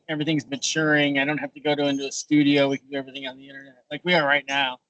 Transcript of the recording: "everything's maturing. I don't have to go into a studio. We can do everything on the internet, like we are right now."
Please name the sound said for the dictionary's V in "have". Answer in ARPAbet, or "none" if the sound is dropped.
F